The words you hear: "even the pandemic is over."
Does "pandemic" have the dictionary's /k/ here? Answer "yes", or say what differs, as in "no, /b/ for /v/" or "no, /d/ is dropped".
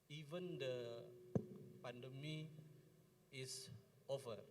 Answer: no, /k/ is dropped